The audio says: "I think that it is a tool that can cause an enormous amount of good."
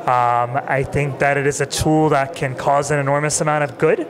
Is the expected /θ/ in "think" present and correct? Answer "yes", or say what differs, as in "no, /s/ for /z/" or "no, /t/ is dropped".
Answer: yes